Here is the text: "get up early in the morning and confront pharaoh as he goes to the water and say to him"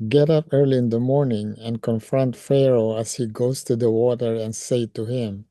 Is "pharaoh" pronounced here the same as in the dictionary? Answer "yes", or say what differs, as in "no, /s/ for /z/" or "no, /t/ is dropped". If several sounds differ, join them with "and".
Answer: yes